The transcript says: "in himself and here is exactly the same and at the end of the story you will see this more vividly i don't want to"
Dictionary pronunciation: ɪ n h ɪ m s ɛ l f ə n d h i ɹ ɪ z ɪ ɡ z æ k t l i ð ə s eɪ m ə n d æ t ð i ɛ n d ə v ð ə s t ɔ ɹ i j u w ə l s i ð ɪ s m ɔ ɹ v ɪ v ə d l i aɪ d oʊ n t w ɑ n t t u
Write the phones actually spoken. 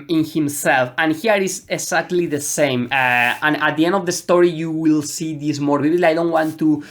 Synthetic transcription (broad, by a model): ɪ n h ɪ m s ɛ l f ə n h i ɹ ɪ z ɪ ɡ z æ k t l i ð ə s eɪ m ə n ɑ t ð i ɛ n d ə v ð ə s t ɔ ɹ i j u w ə l s i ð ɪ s m ɔ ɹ b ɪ b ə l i aɪ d oʊ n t w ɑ n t t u